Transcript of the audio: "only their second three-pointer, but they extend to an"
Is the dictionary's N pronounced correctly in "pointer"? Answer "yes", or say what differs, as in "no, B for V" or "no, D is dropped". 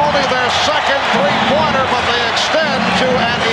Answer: no, N is dropped